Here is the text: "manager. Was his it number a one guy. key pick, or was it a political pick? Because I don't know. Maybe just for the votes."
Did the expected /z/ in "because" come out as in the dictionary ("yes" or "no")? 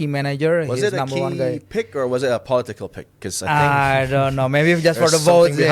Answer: no